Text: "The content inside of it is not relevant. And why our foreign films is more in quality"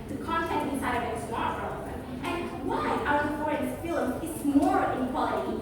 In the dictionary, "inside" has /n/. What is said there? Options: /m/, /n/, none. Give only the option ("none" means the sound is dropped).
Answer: none